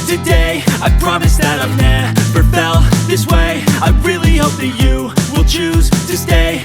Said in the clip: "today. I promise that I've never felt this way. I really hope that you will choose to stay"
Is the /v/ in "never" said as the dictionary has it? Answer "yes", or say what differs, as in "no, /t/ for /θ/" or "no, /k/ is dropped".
no, /p/ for /v/